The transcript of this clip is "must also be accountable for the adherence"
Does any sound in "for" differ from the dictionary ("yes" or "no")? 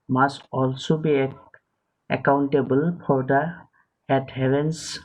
yes